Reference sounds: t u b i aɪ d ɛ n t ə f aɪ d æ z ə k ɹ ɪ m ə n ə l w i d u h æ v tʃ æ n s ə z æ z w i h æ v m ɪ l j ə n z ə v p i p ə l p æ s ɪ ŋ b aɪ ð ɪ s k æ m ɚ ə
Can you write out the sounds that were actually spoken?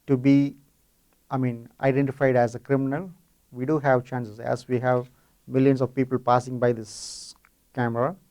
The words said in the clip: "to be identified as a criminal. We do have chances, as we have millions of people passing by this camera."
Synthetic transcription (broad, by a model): t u b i aɪ d ɛ n t ə f aɪ d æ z ə k ɹ ɪ m ə n ə l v i d u h æ v tʃ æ n s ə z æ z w i h æ v m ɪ l j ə n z ə v p i p ə l p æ s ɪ ŋ b aɪ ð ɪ s k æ m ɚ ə